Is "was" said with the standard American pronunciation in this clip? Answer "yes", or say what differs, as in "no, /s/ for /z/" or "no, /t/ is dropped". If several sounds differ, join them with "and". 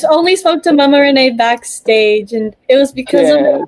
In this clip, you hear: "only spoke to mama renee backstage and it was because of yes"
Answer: yes